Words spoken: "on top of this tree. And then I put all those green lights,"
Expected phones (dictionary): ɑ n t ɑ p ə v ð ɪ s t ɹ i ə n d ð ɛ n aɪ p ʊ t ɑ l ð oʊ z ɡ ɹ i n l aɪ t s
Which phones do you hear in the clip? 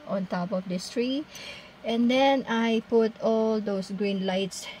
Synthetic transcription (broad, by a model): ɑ n t ɑ p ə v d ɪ s t ɹ i ə n d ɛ n aɪ p ʊ t ɑ l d oʊ s ɡ ɹ i n l aɪ t s